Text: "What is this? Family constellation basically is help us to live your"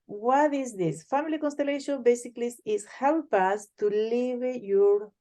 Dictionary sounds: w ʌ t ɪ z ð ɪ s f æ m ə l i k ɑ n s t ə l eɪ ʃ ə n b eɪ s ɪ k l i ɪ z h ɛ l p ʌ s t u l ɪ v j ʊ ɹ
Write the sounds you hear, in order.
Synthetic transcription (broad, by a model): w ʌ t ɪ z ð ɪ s f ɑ m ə l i k ɑ n s t ə l eɪ ʃ ə n b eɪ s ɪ k l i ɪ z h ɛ w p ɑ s t u l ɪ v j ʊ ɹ